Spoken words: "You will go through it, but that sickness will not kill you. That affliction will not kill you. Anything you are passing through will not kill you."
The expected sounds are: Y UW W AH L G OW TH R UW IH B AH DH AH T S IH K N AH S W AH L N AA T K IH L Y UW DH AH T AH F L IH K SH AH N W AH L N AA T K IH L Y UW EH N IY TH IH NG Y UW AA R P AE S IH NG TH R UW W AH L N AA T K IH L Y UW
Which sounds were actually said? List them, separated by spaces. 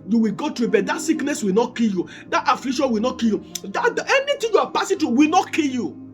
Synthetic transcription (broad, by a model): Y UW W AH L G OW T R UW IH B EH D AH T S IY K N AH S W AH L N AA T K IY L Y UW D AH T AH F L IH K SH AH N W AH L N AA T K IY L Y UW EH N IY T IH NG Y UW AA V P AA S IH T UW W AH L N AA T K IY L Y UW